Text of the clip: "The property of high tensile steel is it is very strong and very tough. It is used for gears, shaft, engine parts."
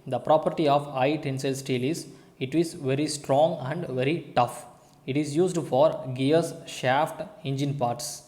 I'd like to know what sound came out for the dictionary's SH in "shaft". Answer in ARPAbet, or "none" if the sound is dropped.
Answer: SH